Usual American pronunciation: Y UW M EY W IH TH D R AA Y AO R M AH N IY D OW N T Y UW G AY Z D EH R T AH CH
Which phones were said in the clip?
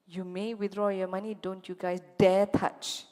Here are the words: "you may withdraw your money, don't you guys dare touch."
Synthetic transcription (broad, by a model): Y UW M EY W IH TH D R AA Y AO M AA N IY D OW N T Y UW G AY S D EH T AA CH